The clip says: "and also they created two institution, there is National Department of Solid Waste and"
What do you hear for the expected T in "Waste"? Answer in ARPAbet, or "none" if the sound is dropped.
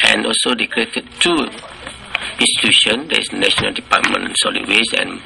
none